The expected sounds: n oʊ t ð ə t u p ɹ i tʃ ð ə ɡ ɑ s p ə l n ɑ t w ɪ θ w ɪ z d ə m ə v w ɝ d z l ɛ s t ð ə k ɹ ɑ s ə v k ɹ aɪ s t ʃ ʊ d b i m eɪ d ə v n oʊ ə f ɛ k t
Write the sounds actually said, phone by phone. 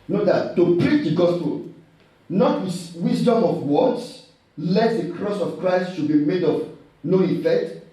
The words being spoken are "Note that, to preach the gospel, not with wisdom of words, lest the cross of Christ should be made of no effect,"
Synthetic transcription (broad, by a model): n oʊ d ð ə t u p ɹ i tʃ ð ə ɡ ɑ s p ə l n ɑ t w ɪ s w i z d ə m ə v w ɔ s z l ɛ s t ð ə k ɹ ɑ s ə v k ɹ aɪ s t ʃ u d b i m eɪ d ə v n oʊ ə f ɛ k t